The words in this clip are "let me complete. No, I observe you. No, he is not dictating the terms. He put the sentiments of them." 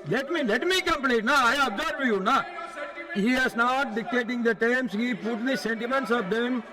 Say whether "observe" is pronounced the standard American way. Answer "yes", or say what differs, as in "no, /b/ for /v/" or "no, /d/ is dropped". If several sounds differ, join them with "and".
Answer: no, /b/ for /v/